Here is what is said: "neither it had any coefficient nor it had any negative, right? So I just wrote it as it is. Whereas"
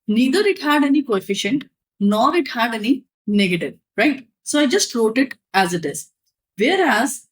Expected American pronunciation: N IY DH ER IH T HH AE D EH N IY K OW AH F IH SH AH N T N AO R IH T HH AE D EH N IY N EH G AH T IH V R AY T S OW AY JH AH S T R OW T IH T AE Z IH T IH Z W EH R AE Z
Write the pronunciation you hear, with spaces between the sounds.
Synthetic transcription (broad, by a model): N IY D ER IH T HH AE D EH N IY K OW AH F IH SH AH N T N AO R IH T HH AE D EH N IY N EH G AH T IH V R AY T S OW AY JH AH S T R OW T IH T AE Z IH T IH Z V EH R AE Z